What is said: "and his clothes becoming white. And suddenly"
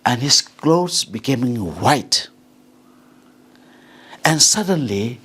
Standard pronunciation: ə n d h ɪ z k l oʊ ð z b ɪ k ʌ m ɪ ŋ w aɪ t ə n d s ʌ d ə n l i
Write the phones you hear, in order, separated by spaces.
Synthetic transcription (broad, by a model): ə n h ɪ s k l oʊ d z b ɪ k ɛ m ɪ ŋ w aɪ t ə n s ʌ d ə n l i